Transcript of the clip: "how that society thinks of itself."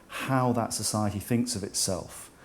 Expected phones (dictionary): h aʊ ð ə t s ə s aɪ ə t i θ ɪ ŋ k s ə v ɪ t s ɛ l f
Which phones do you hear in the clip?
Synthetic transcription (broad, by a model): h aʊ ð ə t s ə s aɪ ə t i θ ɪ ŋ k s ə v ɪ t s ɛ l f